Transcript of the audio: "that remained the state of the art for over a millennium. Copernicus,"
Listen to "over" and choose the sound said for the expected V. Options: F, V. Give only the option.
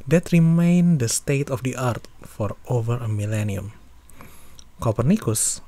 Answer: V